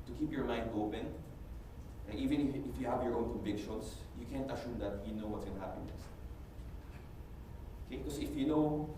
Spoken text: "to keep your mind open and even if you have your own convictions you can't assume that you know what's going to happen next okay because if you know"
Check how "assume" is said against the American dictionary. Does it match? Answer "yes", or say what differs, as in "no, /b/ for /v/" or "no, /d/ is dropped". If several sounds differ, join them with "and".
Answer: no, /ʃ/ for /s/